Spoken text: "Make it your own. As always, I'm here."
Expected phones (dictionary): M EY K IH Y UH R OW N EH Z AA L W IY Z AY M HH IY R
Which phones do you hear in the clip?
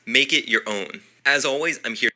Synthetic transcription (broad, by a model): M EY K IH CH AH R OW N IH Z AA L W IY Z AY M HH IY